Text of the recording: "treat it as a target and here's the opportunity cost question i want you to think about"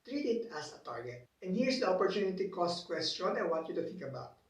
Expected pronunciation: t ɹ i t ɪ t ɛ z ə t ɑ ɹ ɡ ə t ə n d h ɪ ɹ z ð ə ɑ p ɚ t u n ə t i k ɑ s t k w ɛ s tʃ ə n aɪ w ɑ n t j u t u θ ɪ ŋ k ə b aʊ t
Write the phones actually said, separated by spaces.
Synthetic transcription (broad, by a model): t ɹ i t ɪ t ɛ s ə t ɑ ɹ ɡ ə t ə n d h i ɹ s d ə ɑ p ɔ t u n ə t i k ɑ s t k w ɛ s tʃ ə n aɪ w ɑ t j u t u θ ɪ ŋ k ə b aʊ t